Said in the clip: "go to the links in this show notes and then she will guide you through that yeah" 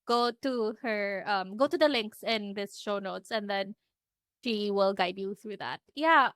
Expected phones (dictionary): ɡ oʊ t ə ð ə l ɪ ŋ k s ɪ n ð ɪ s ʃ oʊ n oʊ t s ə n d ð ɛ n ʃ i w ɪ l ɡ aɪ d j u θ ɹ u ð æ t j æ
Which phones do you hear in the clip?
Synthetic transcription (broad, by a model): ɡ oʊ t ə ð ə l ɪ ŋ k s ɪ n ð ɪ s ʃ oʊ n oʊ t s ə n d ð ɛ n ʃ i w ɪ l ɡ aɪ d j u θ ɹ u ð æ t j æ